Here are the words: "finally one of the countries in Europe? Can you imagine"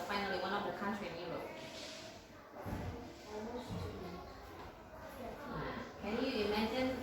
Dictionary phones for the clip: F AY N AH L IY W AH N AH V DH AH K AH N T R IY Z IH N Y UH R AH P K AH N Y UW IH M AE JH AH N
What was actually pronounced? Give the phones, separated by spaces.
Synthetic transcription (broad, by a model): F AY N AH L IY W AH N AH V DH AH K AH N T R IY IH N Y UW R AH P K AH N Y UW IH M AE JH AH N